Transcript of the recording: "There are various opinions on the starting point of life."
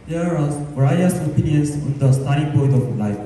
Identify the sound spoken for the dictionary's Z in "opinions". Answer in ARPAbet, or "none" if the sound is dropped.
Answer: S